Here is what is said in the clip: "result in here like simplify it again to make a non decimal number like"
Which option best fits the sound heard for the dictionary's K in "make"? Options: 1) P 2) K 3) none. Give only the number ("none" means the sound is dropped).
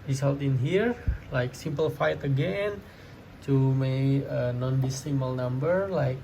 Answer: 3